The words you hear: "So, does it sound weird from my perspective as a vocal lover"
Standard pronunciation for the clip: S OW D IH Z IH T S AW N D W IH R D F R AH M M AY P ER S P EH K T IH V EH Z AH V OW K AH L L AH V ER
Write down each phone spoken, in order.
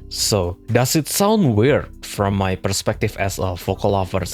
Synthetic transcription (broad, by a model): S OW D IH S IH T S AW N D W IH R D F R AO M M AY P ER S P EH K T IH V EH S AH F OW K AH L L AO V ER